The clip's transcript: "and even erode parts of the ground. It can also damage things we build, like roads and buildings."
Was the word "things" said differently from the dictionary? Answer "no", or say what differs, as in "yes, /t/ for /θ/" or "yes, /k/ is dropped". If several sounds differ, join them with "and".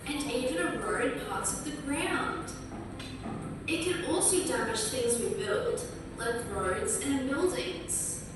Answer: no